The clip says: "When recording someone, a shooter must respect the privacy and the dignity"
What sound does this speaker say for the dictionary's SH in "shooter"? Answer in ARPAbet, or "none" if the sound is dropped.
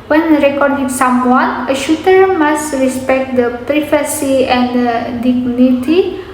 SH